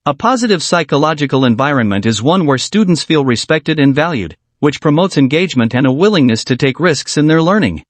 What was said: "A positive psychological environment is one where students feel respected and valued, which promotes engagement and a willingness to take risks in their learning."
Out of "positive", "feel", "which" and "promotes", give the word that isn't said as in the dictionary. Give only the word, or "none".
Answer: none